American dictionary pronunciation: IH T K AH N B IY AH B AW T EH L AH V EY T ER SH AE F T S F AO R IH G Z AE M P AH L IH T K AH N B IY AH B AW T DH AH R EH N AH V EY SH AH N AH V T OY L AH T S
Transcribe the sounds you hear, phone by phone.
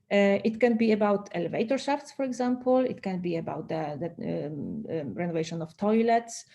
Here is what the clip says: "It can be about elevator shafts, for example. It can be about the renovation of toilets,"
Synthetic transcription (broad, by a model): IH T K AH N B IY AH B AW T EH L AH V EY T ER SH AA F T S F AO R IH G Z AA M P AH L IH T K AH N B IY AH B AW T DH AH R EH N AH V EY SH AH N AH F T OY L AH T S